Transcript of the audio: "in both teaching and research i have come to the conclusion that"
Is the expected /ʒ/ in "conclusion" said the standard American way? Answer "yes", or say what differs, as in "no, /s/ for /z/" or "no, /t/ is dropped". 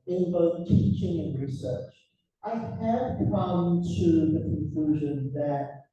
yes